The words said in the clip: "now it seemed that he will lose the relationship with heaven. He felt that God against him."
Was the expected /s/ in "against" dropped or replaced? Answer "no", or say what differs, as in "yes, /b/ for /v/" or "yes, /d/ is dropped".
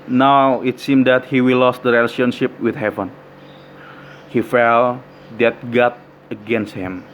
no